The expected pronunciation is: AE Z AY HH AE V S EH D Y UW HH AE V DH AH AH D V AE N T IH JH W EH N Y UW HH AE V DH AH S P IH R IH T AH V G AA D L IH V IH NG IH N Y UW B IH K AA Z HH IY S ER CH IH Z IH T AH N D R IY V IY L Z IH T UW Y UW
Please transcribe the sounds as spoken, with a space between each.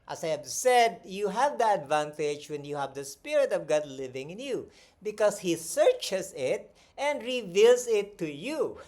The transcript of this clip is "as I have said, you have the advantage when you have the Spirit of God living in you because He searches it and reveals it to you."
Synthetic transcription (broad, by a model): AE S AY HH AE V S EH D Y UW HH AE V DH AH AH D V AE N T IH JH W EH N Y UW HH AE V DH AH S P IH R IH T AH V G AA D L IH V IH NG IH N Y UW B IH K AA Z HH IY S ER CH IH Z IH T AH N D R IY V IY L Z IH T UW Y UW